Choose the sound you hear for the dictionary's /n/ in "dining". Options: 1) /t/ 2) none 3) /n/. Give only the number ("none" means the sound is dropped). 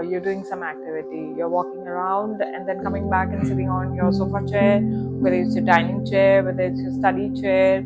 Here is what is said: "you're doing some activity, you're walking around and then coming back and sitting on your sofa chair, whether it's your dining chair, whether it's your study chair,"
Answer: 3